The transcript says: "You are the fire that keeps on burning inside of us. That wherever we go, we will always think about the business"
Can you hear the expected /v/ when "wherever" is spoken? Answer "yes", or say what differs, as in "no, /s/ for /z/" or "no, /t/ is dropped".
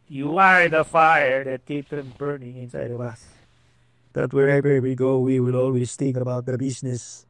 no, /b/ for /v/